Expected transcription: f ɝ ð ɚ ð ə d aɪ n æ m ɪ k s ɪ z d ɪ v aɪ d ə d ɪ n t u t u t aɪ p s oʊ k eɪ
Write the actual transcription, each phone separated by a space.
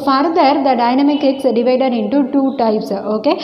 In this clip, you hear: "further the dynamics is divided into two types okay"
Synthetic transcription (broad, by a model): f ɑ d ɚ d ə d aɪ n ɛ m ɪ k ɪ s d ɪ v aɪ d ə d ɪ n t u t u t aɪ p s oʊ k eɪ